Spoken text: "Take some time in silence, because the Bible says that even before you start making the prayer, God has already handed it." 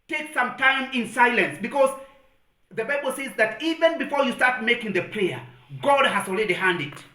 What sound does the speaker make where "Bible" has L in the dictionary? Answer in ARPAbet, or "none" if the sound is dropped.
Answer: L